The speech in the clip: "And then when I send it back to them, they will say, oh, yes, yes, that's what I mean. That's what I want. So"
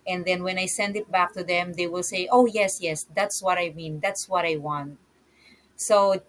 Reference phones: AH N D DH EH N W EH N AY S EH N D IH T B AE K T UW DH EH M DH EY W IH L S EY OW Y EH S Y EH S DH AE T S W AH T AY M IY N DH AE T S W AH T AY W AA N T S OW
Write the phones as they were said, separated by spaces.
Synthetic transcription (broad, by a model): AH N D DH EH N W EH N AY S EH N D IH T B AE K T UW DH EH M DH EY W IH L S EY OW Y EH S Y EH S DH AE T S W AH T AY M IY N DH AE T S W AH T AY W AA N T S OW